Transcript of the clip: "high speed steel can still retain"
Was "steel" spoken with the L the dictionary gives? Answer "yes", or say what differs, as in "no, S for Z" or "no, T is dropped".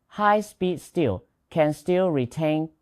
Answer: yes